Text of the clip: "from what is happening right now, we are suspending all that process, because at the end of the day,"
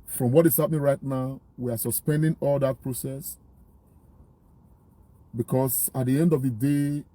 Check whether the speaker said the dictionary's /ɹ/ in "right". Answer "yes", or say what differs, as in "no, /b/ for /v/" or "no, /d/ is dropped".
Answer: yes